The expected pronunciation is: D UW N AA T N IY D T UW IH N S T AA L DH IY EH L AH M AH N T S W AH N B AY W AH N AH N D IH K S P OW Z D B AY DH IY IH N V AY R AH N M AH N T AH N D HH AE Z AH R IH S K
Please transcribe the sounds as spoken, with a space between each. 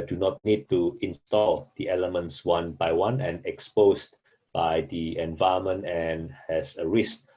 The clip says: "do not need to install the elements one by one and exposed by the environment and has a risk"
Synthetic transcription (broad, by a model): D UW N AA T N IY D T UW IH N S T AA L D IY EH L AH M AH N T S W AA N B AY W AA N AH N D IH K S P OW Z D B AY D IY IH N V AY AH M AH N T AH N HH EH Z AH R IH S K